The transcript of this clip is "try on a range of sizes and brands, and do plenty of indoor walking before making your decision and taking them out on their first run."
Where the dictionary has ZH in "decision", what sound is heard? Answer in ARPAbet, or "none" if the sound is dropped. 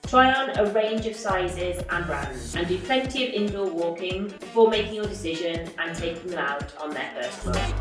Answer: ZH